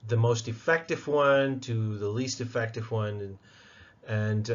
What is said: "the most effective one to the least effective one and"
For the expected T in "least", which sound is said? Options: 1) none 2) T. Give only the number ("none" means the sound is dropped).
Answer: 2